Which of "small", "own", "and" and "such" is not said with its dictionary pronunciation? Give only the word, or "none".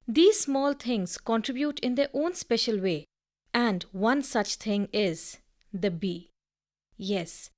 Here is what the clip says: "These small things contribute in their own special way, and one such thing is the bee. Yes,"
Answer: none